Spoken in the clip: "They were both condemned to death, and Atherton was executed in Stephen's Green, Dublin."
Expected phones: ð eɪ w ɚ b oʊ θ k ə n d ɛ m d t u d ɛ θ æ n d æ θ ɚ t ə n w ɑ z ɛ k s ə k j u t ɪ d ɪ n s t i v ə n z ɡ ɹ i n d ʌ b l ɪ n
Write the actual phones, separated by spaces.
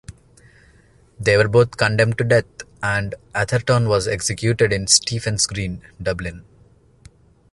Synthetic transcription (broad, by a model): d eɪ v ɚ b oʊ t k ə n d ɛ m d t u d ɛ t æ n d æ t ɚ t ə n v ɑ z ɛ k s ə k j u t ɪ d ɪ n s t i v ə n s ɡ ɹ i n d ʌ b l ɪ n